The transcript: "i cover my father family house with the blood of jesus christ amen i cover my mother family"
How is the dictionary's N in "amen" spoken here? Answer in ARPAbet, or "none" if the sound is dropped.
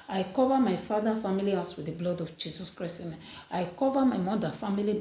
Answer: none